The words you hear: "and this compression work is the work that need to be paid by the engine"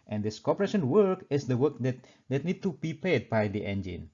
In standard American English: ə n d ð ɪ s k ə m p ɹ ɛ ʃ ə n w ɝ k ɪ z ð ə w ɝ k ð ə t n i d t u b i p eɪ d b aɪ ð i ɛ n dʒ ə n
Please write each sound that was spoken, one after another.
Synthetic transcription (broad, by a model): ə n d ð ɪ s k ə p ɹ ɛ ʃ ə n w ɝ k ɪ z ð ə w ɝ k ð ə t n i d t u b i p eɪ d b aɪ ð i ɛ n dʒ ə n